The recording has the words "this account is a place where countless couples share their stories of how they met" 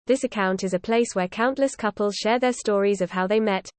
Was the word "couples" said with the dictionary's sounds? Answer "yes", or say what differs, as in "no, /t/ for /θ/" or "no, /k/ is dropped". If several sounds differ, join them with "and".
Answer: yes